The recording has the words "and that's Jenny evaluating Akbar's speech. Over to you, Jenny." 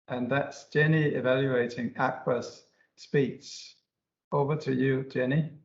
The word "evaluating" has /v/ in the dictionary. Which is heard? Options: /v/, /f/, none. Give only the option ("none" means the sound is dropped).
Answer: /v/